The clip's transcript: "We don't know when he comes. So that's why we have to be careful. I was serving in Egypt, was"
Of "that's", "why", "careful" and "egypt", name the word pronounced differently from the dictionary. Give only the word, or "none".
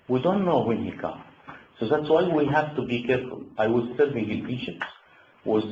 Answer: egypt